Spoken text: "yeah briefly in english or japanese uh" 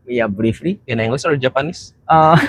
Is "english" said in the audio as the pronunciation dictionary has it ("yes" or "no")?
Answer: no